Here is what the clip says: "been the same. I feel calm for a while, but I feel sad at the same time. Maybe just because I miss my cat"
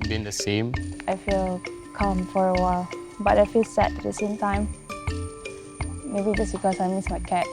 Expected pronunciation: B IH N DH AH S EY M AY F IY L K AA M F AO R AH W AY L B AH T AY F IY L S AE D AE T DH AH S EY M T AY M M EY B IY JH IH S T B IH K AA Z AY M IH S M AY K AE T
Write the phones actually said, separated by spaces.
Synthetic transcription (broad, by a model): B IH N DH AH S EY M AY F IY L K AA M F AO R AH W AY L B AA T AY F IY S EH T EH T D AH S EY M T AY M M EY B IY JH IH S B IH K AA S AY M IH S M AY K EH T